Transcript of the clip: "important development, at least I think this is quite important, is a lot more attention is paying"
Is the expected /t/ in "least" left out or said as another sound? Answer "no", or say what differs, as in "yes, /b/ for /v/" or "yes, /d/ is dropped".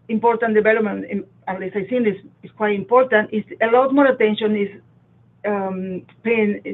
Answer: yes, /t/ is dropped